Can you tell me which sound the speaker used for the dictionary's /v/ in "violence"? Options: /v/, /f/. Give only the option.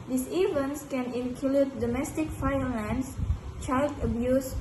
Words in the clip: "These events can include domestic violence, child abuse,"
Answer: /f/